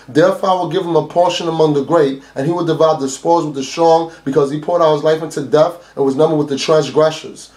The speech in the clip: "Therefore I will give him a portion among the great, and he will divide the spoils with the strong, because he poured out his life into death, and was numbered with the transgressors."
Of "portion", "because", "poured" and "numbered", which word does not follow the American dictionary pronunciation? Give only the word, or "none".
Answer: none